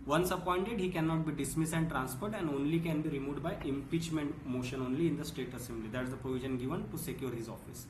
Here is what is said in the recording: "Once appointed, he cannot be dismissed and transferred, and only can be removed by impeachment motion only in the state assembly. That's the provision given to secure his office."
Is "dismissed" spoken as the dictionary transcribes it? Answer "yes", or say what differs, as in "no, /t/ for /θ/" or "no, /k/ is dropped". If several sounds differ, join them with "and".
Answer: no, /t/ is dropped